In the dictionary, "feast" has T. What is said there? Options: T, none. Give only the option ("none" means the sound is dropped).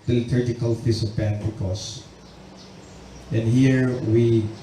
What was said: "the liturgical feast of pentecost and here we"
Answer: none